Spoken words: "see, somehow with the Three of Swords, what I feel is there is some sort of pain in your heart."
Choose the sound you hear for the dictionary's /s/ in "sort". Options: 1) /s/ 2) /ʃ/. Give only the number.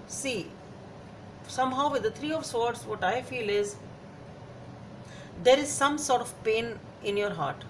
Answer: 1